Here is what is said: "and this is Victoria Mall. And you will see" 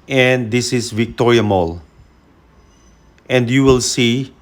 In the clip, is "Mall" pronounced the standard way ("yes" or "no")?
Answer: yes